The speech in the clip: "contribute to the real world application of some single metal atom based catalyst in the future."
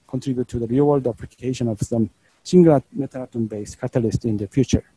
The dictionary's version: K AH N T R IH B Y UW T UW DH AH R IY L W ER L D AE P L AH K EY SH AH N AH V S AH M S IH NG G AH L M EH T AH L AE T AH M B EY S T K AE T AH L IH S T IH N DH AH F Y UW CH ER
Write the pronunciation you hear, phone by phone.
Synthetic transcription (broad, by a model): K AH N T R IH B Y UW T UW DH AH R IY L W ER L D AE P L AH K EY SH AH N AH V S AH M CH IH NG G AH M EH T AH N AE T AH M B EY S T K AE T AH L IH S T IH N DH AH F Y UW CH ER